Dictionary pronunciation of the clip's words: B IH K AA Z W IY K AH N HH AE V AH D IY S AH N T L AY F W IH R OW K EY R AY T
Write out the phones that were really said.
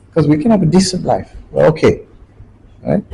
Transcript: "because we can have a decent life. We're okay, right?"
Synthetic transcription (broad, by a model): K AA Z W IY K AH N HH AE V AH D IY S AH N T L AY F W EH L OW K EY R AY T